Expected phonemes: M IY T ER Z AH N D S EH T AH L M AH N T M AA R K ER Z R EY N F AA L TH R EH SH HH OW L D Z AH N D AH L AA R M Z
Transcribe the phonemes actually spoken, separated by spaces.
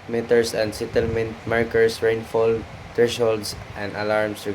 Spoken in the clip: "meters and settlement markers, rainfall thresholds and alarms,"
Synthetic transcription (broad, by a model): M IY T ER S AH N D S EH T AH L M AH N T M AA R K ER S R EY N F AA L T R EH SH HH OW L D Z AH N D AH L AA R M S